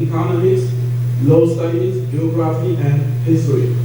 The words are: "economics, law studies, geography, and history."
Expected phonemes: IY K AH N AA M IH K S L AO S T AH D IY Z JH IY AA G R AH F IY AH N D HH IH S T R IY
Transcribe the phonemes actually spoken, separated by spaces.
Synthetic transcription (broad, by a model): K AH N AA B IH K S L AO S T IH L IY S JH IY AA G R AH F IY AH N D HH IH S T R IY